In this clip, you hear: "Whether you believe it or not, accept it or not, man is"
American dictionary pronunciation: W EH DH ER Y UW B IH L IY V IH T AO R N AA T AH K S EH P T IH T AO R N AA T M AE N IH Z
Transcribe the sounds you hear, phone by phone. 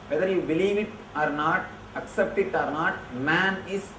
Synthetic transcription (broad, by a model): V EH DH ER Y UW B IH L IY V IH T AO R N AA T AH K S EH P T IH T AO R N AA T M AE N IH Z